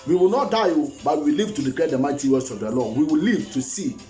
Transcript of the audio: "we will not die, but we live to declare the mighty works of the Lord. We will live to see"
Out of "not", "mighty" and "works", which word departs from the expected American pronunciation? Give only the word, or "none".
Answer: works